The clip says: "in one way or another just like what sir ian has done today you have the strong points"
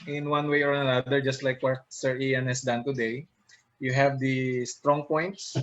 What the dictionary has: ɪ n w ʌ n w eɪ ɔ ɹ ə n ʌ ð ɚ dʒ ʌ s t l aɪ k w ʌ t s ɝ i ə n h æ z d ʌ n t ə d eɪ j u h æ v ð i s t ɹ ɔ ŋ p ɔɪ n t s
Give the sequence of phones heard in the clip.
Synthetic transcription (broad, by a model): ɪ n w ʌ n w eɪ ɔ ɹ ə n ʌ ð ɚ dʒ ʌ s t l aɪ k w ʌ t s ɝ i ə n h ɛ s d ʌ n t ə d eɪ j u h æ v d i s t ɹ ɔ ŋ p ɔɪ n t s